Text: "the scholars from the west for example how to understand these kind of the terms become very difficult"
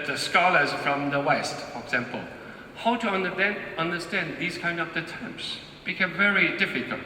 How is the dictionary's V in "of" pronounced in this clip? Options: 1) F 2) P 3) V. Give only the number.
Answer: 2